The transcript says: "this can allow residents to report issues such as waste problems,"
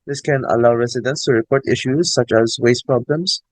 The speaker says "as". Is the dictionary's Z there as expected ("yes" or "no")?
yes